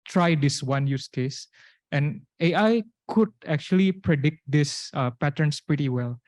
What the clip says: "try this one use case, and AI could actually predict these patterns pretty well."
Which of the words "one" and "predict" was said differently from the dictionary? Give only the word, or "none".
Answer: none